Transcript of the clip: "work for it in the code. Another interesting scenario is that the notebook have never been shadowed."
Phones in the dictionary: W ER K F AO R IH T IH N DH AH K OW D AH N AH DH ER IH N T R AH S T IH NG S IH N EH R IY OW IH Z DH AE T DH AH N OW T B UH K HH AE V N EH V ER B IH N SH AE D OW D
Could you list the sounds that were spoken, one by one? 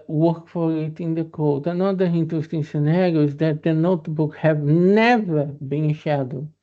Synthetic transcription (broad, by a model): W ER K F AO R IH T IH N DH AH K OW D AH N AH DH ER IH N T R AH S T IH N S IH N EH R IY OW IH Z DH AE T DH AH N OW T B UH K HH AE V N EH V ER B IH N SH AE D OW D